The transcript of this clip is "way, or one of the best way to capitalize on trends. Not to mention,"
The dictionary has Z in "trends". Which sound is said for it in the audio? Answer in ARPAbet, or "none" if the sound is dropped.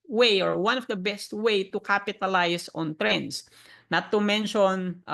S